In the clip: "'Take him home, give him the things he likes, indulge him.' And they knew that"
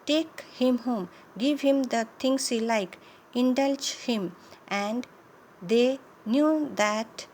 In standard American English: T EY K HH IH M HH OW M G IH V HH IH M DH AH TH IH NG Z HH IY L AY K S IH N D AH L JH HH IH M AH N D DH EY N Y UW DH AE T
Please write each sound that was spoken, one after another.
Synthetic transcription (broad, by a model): T EY K HH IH M HH OW M G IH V HH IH M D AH T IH NG S HH IY L AY K IH N D AH L JH HH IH M AH N D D EY N Y UW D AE T